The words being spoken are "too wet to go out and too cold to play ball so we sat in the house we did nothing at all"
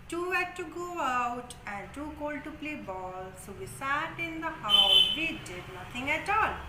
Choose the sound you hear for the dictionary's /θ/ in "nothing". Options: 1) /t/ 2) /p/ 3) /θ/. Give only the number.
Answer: 1